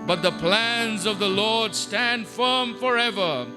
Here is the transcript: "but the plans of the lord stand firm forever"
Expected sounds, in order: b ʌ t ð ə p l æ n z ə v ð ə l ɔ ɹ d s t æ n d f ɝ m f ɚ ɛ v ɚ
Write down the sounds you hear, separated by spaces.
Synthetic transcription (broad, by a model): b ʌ t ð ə p l æ n z ə v ð ə l ɔ ɹ d s t æ n d f ɝ m f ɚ ɛ v ɚ